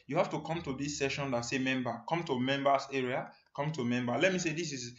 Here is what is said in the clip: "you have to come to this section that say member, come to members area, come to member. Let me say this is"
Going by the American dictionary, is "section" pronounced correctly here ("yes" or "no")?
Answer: no